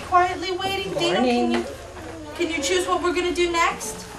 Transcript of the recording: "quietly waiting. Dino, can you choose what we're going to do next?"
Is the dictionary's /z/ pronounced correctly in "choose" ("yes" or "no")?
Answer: yes